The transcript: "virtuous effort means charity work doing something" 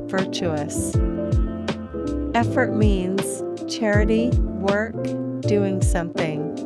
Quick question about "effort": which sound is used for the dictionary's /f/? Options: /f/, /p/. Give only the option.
/f/